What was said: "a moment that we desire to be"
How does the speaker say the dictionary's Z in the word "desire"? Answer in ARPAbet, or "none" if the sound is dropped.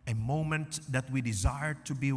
Z